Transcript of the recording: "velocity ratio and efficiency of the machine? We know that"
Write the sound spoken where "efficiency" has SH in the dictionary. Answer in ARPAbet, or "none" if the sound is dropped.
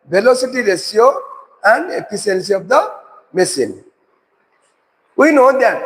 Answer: S